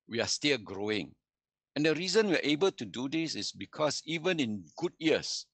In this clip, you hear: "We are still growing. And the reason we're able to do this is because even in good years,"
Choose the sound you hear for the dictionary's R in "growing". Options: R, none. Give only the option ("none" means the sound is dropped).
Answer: R